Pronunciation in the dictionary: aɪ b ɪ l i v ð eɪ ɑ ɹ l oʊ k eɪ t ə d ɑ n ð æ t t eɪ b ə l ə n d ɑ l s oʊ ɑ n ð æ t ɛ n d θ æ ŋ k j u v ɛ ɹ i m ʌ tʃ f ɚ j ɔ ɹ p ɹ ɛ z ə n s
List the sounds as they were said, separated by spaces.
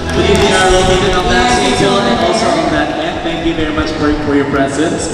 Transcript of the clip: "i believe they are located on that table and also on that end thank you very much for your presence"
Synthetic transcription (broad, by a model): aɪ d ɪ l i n ɑ ɹ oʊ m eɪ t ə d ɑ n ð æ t s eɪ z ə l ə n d ɑ l s oʊ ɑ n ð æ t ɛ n θ æ ŋ k j u v ɛ ɹ i m ʌ tʃ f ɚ j ɔ ɹ p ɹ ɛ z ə n s